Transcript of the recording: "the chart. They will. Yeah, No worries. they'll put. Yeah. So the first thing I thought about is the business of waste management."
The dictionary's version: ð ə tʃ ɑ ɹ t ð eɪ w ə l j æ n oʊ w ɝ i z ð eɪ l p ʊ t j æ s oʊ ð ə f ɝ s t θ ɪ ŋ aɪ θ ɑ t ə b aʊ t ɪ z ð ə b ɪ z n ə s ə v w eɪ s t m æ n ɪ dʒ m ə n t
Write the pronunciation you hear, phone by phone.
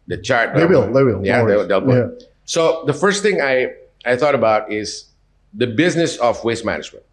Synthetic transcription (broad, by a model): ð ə tʃ ɑ ɹ t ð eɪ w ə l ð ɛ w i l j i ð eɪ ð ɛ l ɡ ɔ s oʊ ð ə f ɝ s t θ ɪ ŋ aɪ θ ɑ t ə b aʊ t ɪ z ð ə b ɪ z n ə s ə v w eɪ s m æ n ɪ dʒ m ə n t